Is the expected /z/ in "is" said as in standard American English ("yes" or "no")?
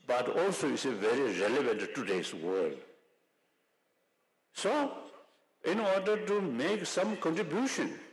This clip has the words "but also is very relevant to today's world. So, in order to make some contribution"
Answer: no